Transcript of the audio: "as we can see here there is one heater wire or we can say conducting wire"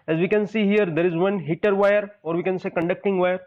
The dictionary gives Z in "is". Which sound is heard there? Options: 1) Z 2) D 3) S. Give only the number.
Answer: 1